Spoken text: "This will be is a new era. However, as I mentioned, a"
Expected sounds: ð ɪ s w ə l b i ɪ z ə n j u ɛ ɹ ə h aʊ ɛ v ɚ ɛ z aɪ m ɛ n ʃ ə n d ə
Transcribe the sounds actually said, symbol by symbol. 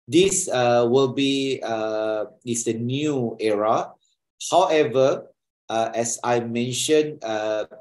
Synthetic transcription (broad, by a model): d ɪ s w ə l b i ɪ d ə n j u ɛ ɹ ə h aʊ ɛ v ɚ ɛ s aɪ m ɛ n ʃ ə n ə